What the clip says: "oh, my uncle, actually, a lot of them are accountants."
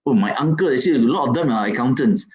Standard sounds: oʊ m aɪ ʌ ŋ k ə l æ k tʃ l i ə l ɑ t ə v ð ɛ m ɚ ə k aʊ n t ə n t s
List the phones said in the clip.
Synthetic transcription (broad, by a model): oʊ m aɪ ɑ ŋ k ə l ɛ tʃ i ə l ɑ t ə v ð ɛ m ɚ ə k aʊ n t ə n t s